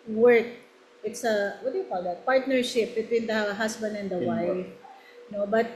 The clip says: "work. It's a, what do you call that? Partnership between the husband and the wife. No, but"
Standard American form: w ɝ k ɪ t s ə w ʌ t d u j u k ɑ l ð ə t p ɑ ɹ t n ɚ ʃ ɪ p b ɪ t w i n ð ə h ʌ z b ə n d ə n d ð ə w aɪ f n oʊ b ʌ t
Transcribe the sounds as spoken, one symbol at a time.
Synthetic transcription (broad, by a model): w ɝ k ɪ t s ə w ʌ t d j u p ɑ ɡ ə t p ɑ ɹ t n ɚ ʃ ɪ p b ɪ t w i n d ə h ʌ s b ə n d ə n d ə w aɪ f n oʊ b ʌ t